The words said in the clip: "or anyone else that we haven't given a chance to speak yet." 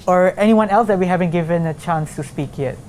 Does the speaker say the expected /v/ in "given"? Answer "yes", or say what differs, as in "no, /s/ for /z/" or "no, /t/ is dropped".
yes